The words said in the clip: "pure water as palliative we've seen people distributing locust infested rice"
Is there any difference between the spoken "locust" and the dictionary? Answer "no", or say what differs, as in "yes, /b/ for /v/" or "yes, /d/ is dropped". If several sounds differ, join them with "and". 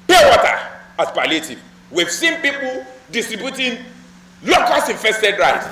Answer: yes, /t/ is dropped